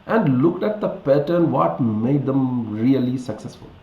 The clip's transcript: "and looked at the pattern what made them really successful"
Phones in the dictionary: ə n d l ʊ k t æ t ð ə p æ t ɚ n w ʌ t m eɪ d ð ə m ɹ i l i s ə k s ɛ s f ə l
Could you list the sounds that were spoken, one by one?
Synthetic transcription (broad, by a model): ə n d l ʊ k t æ t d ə p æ t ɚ n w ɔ t m eɪ d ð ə m ɹ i l i s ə k s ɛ s f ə l